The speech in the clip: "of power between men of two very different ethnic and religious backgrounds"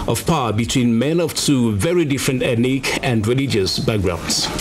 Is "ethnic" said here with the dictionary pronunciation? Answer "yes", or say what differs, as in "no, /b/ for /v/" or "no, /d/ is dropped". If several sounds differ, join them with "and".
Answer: no, /t/ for /θ/